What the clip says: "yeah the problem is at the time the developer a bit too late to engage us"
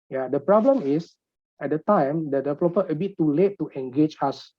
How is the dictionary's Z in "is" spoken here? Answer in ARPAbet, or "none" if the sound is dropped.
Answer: S